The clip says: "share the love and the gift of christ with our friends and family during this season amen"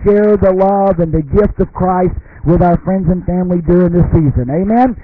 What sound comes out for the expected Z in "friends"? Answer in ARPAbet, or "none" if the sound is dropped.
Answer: Z